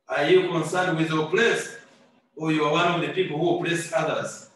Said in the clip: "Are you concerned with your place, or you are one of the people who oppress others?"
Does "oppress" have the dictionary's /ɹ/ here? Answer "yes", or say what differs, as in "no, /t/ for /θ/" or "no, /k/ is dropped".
no, /l/ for /ɹ/